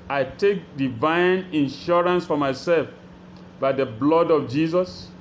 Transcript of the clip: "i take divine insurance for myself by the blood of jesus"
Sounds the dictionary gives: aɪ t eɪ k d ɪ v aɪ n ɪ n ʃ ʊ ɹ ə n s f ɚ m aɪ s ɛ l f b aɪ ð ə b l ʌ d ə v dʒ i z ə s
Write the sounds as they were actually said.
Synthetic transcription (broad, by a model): aɪ t eɪ k d ɪ v aɪ n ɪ n ʃ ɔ ɹ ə n s f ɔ m aɪ s ɛ l f b aɪ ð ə b l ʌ d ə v dʒ i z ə s